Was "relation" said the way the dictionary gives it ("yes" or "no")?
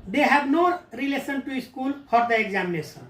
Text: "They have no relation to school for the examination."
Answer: no